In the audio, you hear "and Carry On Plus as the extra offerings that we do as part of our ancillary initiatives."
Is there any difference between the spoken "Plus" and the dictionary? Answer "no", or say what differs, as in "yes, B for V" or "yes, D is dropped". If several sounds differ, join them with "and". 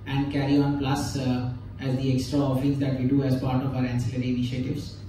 no